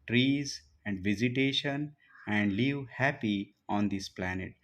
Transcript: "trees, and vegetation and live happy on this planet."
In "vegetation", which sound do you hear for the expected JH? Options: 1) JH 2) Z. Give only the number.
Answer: 2